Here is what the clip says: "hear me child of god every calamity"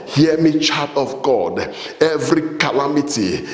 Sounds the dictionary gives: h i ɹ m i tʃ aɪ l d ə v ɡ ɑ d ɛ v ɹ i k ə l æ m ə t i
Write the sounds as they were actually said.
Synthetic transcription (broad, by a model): h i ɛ m i tʃ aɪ d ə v ɡ ɑ d ɛ v ɹ i k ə l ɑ m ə t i